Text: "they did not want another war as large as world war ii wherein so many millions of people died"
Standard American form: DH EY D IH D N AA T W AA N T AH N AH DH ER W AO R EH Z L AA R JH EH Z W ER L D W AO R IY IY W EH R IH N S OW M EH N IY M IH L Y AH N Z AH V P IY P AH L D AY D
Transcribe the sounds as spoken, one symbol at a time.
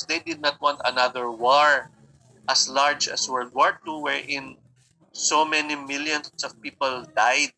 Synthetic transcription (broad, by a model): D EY D IH D N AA T W AA N T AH N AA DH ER W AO R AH S L AA R JH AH S W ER D W AO R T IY W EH R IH N S OW M EH N IY M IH L Y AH N S AH V P IY P AH L D AY D